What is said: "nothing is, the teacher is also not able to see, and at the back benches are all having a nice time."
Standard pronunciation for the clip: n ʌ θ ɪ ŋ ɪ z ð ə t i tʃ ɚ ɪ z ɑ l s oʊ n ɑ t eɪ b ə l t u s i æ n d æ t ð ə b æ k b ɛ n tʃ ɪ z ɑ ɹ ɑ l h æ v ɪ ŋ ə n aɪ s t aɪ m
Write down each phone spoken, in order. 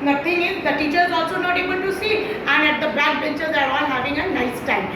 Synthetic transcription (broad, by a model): n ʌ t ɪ ŋ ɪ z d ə t i tʃ ɚ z ɑ l s oʊ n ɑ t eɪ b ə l t u s i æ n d æ t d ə b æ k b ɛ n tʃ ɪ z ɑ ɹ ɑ n h æ v ɪ ŋ ə n aɪ s t aɪ m